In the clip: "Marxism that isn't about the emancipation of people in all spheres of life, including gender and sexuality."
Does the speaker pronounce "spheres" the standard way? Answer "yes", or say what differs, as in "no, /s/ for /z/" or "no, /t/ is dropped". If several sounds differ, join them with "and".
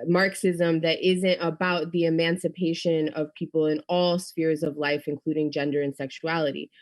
yes